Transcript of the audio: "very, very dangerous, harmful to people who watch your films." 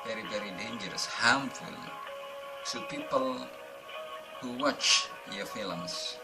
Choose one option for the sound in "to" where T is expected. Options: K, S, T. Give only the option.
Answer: S